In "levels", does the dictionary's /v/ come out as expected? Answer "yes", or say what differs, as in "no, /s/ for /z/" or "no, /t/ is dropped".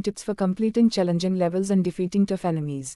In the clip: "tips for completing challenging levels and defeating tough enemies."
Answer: yes